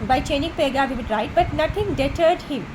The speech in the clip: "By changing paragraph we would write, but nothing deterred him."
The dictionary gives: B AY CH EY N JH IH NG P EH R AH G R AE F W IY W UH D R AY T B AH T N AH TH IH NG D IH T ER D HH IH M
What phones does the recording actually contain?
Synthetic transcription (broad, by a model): B AY CH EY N IH NG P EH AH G AA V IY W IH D R AY T B AH T N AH T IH NG D IH T ER D HH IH M